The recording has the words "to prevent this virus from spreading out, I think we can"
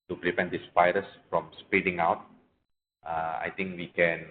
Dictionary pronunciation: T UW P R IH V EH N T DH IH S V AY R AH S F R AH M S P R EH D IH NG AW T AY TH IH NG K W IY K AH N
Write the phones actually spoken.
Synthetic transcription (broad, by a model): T UW P R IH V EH N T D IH S P AY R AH S F R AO M S P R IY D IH NG AW T AY T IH NG K W IY K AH N